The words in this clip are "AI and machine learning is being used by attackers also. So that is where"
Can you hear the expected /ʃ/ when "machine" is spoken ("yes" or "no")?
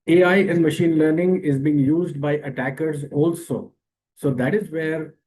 yes